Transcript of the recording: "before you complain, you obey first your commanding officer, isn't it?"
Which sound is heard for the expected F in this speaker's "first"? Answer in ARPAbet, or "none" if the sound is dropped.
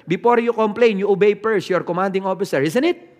P